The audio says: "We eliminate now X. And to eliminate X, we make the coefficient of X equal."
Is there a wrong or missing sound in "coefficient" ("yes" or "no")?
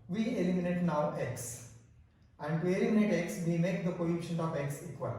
yes